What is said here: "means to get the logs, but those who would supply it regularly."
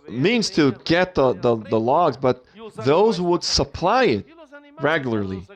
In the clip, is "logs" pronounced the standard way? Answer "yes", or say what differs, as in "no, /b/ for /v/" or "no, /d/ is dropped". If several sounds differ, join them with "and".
yes